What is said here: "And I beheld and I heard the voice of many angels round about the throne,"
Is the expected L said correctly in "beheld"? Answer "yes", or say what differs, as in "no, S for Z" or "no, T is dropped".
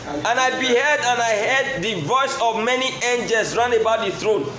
no, L is dropped